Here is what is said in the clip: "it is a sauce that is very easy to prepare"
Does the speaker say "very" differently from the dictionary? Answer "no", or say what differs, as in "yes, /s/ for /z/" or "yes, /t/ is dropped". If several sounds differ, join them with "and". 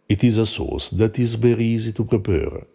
yes, /b/ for /v/